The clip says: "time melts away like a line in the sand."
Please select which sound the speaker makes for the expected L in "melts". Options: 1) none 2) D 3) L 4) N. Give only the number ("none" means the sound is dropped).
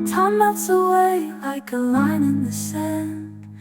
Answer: 1